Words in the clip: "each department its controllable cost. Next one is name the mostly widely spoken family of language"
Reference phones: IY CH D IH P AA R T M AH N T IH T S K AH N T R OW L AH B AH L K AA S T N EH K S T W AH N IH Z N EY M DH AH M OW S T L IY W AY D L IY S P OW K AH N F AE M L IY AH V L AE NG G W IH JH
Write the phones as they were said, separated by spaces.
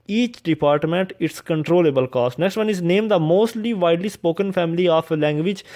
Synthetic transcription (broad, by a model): IY CH D IH P AA R T M AH N T IH T S K AH N T R OW L AH B AH L K AA S T N EH K S T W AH N IH Z N EY M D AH M OW S T L IY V AY D L IY S P OW K AH N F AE M L IY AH P L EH NG G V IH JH